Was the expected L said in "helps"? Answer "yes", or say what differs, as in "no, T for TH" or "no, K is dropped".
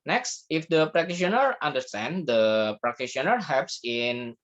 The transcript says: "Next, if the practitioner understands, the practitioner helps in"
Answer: no, L is dropped